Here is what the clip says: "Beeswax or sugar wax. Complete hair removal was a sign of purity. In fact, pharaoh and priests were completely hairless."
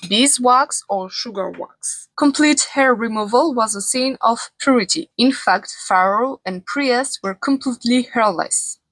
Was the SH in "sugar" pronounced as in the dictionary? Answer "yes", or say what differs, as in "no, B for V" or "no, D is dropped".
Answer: yes